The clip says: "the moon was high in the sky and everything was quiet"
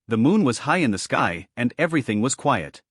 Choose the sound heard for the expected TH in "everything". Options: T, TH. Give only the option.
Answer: TH